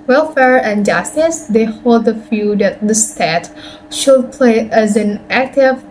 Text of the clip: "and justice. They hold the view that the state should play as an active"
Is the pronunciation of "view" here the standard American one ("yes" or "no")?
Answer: no